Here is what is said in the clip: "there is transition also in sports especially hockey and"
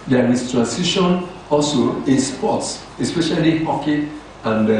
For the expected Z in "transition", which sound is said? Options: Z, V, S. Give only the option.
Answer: S